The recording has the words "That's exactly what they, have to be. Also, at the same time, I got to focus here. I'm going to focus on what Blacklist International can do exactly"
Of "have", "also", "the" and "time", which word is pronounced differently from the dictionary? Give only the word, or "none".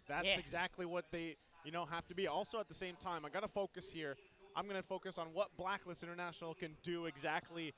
have